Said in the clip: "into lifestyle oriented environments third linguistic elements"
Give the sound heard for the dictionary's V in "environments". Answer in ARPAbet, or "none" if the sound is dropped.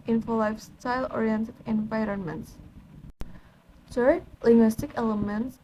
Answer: V